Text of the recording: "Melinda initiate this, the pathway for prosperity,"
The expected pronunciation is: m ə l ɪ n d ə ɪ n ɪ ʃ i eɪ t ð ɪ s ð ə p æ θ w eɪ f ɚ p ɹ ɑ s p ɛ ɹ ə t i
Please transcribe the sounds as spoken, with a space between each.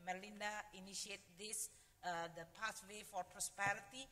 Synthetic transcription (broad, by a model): m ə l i n d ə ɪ n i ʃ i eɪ t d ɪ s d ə p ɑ s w eɪ f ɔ p ɹ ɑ s p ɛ ɹ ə t i